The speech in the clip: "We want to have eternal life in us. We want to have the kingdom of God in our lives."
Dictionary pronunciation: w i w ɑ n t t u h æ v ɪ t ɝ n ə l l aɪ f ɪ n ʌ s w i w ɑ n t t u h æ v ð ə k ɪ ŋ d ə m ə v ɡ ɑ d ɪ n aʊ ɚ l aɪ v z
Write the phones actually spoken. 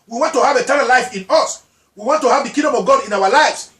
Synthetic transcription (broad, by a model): w i w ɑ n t t u h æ v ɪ t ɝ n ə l l aɪ f ɪ n ʌ s w i w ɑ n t t u h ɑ v ð ə k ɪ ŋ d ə m ə v ɡ ɑ d ɪ n aʊ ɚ l aɪ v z